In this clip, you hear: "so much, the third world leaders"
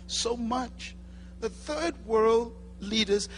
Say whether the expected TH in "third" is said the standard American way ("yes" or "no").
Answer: yes